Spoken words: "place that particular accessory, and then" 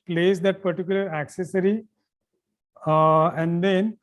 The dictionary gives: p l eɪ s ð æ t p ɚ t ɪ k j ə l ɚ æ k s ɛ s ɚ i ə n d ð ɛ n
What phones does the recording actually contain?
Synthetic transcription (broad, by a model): p l eɪ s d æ t p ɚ t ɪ k j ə l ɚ æ k s ɛ s ɚ i ə n d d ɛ n